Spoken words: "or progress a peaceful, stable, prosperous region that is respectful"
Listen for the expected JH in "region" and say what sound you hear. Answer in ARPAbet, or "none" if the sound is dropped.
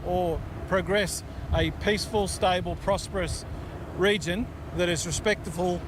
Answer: JH